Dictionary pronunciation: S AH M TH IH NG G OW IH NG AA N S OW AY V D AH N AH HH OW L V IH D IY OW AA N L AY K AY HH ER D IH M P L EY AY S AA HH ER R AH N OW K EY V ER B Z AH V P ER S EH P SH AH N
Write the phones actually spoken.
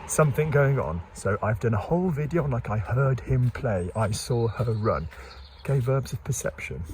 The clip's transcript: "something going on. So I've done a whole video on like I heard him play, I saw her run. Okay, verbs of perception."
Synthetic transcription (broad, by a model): S AH M TH IH NG G OW IH NG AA N S OW AY V D AH N AH HH OW L V IH D IY OW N L AY K AY HH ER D IH M P L EY AY S AA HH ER R AH N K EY V ER B Z AH V P ER S EH P SH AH N